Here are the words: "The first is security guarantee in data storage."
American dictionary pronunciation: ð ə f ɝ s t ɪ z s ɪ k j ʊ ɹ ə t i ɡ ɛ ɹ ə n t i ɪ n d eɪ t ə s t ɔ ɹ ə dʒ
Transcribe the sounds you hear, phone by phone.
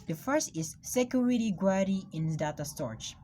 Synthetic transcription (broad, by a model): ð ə f ɝ s t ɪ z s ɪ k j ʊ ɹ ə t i ɡ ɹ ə t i ɪ n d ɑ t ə s t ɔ ɹ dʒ